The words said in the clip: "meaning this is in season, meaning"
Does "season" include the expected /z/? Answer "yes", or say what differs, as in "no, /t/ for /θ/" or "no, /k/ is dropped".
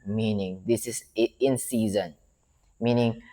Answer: yes